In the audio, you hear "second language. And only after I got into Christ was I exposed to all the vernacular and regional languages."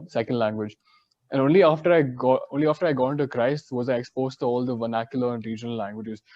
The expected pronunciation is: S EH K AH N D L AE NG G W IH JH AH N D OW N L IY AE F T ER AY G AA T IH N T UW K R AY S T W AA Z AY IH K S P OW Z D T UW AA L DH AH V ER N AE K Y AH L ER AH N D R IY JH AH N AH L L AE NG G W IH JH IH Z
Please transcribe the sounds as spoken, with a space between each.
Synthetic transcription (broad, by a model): S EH K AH N D L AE NG G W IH JH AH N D OW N L IY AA F T ER AY G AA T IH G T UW K R AY S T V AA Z AY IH K S P OW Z T UW AA L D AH V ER N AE K Y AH L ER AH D R IY JH AH N AH L L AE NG G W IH JH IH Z